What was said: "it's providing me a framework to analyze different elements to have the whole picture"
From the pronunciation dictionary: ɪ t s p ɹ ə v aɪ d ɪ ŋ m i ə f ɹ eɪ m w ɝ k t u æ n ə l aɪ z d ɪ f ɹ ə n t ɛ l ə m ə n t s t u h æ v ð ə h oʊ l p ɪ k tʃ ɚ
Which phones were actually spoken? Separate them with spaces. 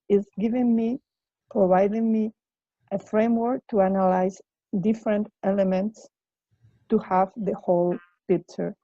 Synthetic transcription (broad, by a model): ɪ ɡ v p ɹ ə v aɪ d ɪ ŋ m i ə f ɹ eɪ m w ɝ k t u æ n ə l aɪ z d ɪ f ɹ ə n t ɛ l ə m ə n t s t u h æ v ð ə h oʊ l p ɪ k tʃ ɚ